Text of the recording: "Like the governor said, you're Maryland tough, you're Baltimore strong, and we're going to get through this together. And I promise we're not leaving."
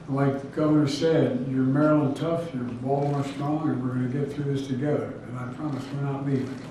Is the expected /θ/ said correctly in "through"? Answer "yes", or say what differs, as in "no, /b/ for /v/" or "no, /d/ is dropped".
yes